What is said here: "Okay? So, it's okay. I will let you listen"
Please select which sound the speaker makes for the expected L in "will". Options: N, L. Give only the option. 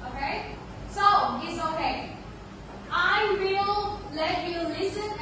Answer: L